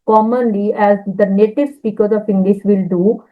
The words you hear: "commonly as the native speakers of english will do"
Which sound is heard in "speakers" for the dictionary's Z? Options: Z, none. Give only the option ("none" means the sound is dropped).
none